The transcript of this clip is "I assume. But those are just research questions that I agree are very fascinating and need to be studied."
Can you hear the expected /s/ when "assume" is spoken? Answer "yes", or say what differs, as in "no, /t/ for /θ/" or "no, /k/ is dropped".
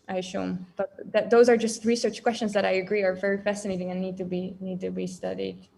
no, /ʃ/ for /s/